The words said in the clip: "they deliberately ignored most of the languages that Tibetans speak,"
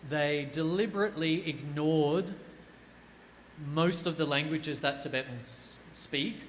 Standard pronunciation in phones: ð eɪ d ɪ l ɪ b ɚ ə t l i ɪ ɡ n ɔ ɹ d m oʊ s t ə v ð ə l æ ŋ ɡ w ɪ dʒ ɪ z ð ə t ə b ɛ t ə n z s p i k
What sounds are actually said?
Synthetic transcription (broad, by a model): ð eɪ d ɪ l ɪ b ɚ ə t l i ɪ ɡ n ɔ ɹ d m oʊ s t ə v ð ə l æ ŋ ɡ w ɪ dʒ ɪ z ð ə t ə b ɛ t n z s p i k